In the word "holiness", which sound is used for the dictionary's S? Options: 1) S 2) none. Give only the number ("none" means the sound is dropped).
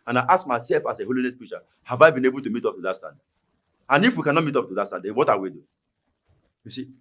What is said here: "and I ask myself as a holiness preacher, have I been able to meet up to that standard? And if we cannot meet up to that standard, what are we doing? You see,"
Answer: 1